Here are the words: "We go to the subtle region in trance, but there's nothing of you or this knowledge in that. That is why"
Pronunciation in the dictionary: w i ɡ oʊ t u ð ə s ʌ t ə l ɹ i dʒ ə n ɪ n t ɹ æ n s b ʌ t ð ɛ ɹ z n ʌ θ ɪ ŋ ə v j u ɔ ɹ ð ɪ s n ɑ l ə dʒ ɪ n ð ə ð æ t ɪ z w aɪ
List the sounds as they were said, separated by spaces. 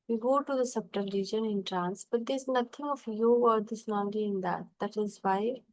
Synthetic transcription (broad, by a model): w i ɡ oʊ t u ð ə s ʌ t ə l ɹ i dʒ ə n ɪ n t ɹ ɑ n s b ʌ t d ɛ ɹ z n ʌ t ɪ ŋ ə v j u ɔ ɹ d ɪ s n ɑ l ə ɪ n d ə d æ t ɪ z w aɪ